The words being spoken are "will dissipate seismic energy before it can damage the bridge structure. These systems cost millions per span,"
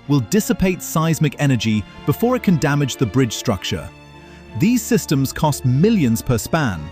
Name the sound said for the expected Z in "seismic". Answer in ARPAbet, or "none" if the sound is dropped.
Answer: Z